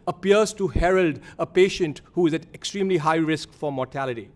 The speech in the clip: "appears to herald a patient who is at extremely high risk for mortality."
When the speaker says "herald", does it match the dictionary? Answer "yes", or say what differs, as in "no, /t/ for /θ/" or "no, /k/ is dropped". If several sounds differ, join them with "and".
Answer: yes